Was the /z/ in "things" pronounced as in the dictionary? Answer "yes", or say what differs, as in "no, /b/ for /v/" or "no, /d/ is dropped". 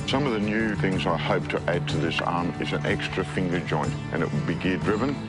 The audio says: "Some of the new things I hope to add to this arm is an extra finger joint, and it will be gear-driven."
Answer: yes